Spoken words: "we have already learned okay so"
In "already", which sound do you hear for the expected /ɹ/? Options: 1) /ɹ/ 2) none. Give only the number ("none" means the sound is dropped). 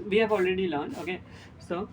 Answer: 1